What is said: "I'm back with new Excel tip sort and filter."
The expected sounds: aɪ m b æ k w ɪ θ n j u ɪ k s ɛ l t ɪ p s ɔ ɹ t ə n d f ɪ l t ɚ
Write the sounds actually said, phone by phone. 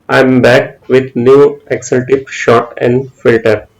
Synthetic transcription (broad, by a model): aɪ m b æ k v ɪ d n j u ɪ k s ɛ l t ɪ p ʃ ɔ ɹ t ə n d f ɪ l t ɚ